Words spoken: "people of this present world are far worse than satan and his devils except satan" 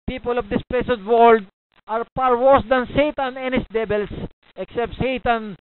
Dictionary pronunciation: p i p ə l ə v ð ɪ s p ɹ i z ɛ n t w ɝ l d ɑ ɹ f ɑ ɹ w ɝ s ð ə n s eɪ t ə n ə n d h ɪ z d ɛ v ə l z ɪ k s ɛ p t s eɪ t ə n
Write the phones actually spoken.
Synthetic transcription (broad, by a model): p i p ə l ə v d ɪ s p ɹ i s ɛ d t w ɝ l d ɑ ɹ p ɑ ɹ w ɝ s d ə n s eɪ t ə n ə n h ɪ s d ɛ b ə l s ɪ k s ɛ p t s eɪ t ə n